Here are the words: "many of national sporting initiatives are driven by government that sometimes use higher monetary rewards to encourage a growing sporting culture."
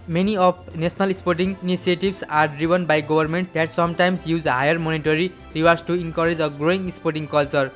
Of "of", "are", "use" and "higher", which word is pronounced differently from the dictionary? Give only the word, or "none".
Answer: of